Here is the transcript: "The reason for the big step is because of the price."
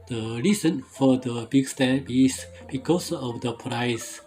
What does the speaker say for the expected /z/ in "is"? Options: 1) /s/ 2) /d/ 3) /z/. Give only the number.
1